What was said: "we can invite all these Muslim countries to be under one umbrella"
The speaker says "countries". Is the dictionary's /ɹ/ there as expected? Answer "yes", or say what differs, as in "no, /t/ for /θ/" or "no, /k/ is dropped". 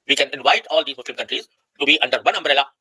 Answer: yes